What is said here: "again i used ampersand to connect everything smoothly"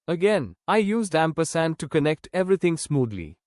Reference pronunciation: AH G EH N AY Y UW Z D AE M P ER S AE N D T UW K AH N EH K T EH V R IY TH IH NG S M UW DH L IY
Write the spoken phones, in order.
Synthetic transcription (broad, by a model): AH G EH N AY Y UW Z D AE M P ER S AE N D T UW K AH N EH K T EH V R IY T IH NG S M UW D L IY